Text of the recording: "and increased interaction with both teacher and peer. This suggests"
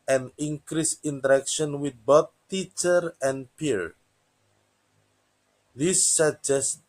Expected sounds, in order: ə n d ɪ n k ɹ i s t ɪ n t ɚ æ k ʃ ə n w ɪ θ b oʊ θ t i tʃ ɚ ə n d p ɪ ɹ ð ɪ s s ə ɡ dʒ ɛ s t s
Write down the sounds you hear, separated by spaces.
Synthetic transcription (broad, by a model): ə n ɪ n k ɹ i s ɪ n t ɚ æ k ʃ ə n w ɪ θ b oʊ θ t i tʃ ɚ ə n p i ɹ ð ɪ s s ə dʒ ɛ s s